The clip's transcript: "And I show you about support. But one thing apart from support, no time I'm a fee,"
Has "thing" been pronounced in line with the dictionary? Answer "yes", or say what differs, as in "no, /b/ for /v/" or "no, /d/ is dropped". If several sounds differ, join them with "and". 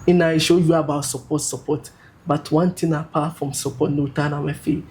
no, /t/ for /θ/